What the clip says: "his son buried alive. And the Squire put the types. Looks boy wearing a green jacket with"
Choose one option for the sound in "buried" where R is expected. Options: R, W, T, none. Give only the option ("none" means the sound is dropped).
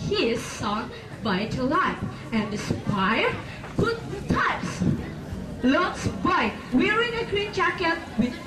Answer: none